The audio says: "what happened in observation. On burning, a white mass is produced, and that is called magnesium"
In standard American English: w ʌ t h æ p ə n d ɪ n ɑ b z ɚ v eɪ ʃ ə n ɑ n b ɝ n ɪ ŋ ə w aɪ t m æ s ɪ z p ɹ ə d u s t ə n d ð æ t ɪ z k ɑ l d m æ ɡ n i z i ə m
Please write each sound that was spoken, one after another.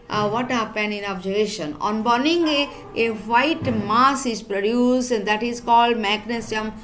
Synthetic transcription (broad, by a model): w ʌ t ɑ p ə n ɪ n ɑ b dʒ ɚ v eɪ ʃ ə n ɑ n b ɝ n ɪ ŋ ə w aɪ t m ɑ s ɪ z p ɹ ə d u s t ə n d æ t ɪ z k ɑ l d m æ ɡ n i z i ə m